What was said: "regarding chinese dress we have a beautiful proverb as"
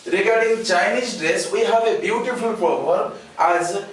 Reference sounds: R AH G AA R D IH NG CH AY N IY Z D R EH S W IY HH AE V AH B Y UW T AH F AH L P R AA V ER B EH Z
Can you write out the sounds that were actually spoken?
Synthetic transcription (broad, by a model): R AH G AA R D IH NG CH AY N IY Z D R EH S W IY HH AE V AH B Y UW T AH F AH L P AA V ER EH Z